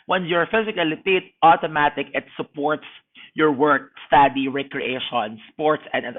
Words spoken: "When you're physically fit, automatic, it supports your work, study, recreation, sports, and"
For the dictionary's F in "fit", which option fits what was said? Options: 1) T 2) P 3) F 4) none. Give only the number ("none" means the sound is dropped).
2